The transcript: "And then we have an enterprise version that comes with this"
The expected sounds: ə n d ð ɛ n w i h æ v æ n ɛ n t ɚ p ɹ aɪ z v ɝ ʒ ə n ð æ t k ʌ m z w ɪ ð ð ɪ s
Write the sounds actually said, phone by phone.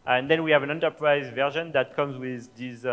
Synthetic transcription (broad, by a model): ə n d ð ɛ n w i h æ v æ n ɛ n t ɚ p ɹ aɪ z v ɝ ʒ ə n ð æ t k ʌ m z w ɪ ð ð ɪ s